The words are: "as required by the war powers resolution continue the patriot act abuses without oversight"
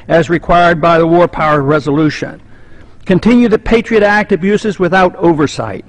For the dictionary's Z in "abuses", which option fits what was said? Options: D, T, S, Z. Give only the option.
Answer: Z